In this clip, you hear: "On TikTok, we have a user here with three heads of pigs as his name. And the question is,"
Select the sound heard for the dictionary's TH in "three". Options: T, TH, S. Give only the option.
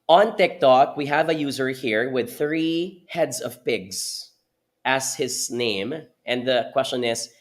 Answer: TH